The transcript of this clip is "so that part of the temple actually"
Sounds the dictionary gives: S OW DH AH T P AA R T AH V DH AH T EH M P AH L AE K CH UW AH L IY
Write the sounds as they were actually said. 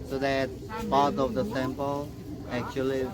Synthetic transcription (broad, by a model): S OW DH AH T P AA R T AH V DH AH T EH M P AH L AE K CH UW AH L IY